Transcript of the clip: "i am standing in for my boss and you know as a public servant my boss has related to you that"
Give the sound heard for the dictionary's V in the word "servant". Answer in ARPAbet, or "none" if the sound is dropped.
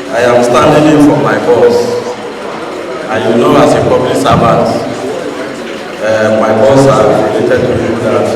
B